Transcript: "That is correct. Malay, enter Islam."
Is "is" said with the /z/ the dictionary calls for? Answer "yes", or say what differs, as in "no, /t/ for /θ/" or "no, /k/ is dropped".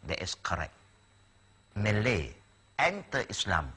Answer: no, /s/ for /z/